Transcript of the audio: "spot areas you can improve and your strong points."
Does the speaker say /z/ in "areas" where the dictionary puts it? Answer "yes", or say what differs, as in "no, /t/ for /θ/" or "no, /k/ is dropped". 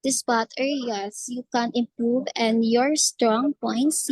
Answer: no, /s/ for /z/